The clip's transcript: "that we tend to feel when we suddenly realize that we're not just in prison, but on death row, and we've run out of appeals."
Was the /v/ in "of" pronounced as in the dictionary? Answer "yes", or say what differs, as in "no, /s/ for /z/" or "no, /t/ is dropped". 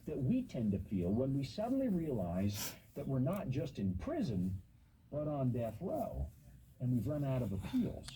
yes